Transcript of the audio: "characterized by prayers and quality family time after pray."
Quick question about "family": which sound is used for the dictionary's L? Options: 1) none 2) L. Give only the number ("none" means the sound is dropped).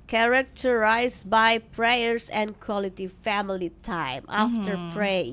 2